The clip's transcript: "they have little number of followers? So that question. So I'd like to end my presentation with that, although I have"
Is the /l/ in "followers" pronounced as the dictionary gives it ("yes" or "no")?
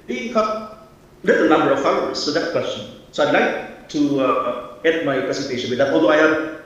no